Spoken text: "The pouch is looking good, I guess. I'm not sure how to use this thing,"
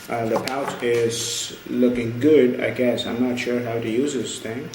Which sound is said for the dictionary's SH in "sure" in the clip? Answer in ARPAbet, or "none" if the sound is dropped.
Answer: SH